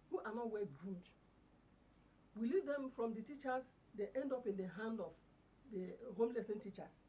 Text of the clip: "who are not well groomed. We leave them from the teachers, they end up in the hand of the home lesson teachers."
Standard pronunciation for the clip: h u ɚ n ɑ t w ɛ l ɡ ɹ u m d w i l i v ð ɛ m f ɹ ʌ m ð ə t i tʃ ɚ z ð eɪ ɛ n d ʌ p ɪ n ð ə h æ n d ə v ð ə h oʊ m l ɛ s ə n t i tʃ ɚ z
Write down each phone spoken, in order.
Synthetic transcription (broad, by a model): h u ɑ n ɑ t w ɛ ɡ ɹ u d w i l i v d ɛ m f ɹ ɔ m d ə t i tʃ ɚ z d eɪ ɛ n d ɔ p ɪ n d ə h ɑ n d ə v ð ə h oʊ m l ɛ s ə n t i tʃ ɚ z